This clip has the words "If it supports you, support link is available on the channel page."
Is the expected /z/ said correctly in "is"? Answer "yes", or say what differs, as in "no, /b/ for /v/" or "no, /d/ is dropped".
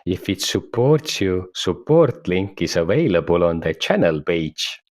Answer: no, /s/ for /z/